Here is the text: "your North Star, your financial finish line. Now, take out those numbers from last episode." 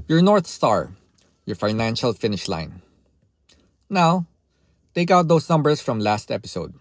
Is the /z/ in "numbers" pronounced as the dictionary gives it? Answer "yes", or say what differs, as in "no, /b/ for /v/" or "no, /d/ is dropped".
no, /s/ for /z/